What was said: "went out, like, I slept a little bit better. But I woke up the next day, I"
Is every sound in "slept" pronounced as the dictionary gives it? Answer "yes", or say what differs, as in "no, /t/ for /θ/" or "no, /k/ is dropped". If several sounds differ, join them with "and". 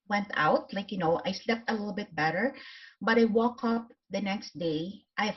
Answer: yes